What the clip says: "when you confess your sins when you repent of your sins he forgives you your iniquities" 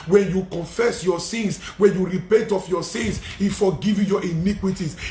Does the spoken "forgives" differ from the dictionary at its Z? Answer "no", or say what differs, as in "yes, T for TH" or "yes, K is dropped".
yes, Z is dropped